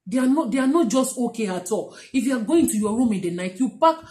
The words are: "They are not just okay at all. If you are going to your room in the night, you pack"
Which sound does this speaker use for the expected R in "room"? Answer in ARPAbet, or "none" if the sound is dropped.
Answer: R